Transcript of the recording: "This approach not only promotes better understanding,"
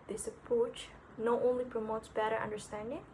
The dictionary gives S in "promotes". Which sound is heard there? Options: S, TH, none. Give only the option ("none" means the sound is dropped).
S